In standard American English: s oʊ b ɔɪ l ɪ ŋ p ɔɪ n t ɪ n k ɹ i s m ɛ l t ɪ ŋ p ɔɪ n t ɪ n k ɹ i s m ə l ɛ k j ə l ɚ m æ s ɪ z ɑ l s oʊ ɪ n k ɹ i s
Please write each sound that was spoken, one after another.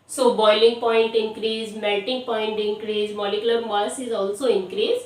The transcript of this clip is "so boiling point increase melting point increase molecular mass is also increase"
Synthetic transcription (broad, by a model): s oʊ b ɔɪ l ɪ ŋ p ɔɪ n t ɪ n k ɹ i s m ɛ t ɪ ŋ p ɔɪ n t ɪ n k ɹ i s m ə l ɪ k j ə l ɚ m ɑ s ɪ z ɑ l s oʊ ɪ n k ɹ i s